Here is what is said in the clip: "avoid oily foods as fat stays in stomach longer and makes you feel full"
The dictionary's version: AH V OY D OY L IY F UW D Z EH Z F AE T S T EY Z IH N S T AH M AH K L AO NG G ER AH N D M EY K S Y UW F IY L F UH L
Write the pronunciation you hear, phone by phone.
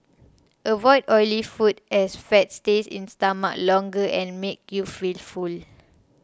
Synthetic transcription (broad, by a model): AH V OY D OY L IY F UW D EH S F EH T S T EY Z IH N S T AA M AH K L AO NG G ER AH N M EY K Y UW F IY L F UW L